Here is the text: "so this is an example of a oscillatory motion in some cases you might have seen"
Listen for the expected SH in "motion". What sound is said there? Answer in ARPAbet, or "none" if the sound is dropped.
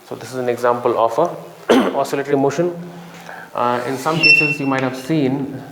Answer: SH